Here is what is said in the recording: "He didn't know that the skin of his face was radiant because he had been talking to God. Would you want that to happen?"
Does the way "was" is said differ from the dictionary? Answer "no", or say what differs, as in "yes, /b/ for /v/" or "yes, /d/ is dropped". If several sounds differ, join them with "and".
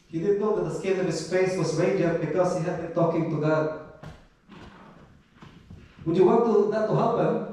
yes, /s/ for /z/